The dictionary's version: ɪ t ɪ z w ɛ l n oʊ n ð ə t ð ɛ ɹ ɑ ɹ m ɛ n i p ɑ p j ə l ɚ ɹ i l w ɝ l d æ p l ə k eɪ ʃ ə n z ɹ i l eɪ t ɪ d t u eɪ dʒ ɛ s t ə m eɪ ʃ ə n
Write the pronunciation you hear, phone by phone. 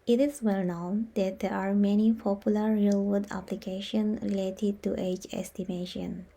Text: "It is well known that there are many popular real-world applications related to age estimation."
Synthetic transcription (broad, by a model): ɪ t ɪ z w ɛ l n oʊ n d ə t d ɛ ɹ ɑ ɹ m ɛ n i p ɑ p j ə l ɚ ɹ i l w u d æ p l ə k eɪ ʃ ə n ɹ i l eɪ t ɪ d t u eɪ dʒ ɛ s t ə m eɪ ʃ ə n